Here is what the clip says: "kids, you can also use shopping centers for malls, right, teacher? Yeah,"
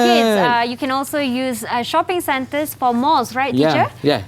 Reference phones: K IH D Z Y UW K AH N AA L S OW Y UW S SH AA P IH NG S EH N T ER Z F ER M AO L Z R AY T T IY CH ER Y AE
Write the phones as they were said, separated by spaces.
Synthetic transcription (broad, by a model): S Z Y UW K AH N AA L S OW Y UW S SH AA P IH NG S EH N T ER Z F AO M AO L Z R AY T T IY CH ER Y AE